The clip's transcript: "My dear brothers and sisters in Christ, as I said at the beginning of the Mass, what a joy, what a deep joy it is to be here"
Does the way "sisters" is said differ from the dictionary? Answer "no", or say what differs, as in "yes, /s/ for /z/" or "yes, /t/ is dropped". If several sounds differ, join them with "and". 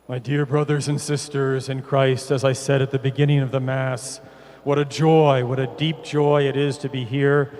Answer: no